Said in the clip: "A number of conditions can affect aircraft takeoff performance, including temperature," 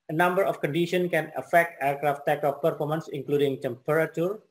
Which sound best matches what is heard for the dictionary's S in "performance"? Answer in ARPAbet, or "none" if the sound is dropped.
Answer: S